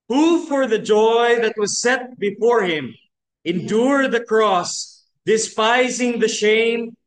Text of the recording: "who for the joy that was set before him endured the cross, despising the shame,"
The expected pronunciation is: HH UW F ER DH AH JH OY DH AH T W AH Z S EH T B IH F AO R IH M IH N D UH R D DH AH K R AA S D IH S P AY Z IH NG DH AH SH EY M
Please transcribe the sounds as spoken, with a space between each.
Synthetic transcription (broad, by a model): HH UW F ER DH AH JH OY DH AH T W AH Z S EH T B IH F AO R IH M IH N D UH R D DH AH K R AA S D IH S P AY Z IH NG DH AH SH EY M